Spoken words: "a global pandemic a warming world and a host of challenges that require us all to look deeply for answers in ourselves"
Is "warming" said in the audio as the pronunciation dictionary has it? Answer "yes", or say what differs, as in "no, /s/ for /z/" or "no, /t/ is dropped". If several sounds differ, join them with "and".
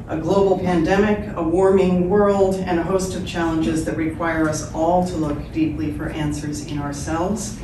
yes